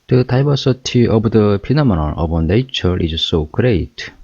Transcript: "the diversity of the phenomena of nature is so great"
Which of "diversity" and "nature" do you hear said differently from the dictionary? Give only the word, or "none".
diversity